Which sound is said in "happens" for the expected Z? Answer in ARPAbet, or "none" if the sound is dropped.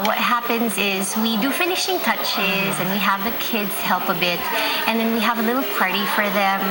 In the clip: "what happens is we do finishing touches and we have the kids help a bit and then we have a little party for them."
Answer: Z